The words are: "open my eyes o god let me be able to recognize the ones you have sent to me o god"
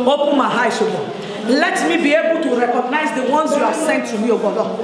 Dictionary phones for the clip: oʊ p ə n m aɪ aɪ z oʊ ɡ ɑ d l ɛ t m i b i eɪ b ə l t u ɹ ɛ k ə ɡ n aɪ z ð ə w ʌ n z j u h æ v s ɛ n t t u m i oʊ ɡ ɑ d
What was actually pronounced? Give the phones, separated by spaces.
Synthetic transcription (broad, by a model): oʊ p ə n m aɪ aɪ s oʊ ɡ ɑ l ɛ t m i b i eɪ b ə l t u ɹ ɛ k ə ɡ n aɪ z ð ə w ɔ n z j u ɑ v s ɛ n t t u m i oʊ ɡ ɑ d